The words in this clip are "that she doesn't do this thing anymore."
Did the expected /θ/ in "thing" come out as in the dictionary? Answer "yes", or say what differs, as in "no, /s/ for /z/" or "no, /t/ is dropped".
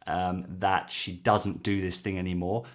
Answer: yes